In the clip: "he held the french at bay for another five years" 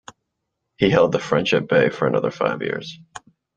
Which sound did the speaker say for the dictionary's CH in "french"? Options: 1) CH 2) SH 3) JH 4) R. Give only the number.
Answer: 2